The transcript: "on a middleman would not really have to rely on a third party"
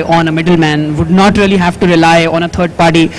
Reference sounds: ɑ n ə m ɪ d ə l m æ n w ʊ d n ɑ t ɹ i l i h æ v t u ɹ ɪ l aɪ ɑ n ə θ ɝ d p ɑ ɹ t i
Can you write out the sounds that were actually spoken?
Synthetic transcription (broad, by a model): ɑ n ə m ɪ d ə l m æ n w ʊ d n ɑ t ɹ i l i h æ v t u ɹ ɪ l aɪ ɑ n ə t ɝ d p ɑ ɹ t i